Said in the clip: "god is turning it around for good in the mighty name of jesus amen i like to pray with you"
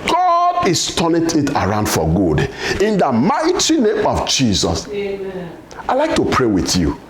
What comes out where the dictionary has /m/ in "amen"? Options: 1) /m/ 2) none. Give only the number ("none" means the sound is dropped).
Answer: 2